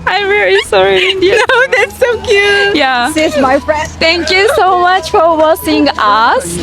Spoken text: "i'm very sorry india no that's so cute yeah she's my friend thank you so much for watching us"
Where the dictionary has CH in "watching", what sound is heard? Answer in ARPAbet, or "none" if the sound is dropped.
S